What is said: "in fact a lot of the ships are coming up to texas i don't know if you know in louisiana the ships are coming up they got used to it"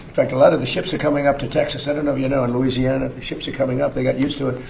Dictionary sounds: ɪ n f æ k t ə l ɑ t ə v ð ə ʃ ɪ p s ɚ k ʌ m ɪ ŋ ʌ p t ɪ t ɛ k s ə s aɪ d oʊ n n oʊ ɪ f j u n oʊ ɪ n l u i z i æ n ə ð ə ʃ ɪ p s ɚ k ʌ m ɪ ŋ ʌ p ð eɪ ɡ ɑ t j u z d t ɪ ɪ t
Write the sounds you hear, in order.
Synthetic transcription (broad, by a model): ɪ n f æ k t ə l ɑ t ə v ð ə ʃ ɪ p s ɚ k ʌ m ɪ ŋ ʌ p t ɪ t ɛ k s ə s aɪ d oʊ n n oʊ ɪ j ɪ n oʊ ɪ n l u i z i æ n ə ð ə ʃ ɪ p s ɚ k ʌ m ɪ ŋ ʌ p ð eɪ ɡ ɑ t j u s t ɪ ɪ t